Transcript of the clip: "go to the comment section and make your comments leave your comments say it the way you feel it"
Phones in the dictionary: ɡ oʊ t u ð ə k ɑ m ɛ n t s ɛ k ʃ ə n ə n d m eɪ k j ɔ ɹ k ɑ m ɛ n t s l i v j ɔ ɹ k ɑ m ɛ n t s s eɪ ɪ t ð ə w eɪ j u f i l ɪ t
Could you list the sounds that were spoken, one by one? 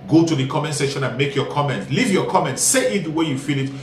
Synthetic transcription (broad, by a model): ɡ oʊ t u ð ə k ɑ m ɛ n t s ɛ ʃ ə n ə n m eɪ k j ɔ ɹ k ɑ m ɛ n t l i v j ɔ k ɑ m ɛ n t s s eɪ ɪ t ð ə w eɪ j u f i l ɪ t